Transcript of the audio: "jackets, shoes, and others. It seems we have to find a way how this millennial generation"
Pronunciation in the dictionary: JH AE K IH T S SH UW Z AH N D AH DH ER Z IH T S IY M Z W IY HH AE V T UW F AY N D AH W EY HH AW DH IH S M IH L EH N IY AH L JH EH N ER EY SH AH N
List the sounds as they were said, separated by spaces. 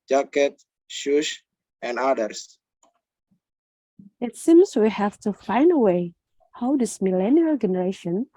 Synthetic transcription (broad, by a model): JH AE K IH T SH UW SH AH N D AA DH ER S IH T S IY M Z W IY HH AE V T UW F AY N D AH W EY HH AW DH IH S M IH L EH N IY AH L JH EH N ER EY SH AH N